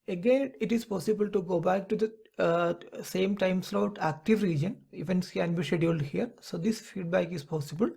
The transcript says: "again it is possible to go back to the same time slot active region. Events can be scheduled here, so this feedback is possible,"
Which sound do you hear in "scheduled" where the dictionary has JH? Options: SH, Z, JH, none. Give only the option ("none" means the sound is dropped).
none